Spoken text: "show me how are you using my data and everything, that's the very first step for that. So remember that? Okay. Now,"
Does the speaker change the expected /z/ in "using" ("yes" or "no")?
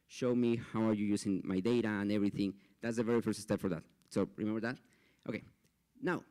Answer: yes